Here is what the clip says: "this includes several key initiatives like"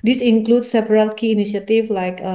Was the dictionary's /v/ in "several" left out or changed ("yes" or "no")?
yes